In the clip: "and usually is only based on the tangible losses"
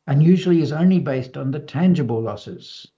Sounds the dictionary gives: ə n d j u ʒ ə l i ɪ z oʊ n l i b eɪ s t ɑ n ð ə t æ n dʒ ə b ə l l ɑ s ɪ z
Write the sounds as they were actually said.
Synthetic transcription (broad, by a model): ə n j u ʒ ə l i ɪ z oʊ n l i b eɪ s t n ð ə t æ n dʒ ə b ə l l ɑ s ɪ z